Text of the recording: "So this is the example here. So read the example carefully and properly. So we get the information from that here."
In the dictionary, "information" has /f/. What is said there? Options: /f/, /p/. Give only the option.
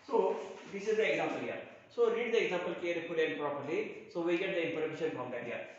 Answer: /p/